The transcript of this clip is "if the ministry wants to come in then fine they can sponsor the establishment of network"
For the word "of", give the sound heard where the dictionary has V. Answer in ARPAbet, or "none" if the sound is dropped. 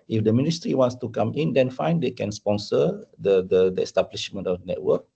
F